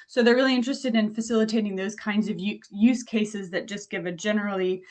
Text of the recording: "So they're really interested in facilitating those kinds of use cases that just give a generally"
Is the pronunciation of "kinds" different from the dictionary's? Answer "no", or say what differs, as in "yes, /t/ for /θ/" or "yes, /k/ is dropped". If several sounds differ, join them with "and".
no